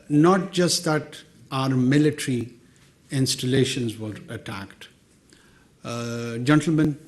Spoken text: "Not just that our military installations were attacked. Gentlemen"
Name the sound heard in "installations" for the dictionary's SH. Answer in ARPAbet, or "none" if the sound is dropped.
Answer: SH